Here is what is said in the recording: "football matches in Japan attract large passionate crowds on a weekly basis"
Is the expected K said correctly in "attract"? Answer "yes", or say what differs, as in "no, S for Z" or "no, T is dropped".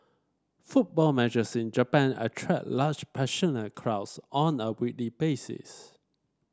no, K is dropped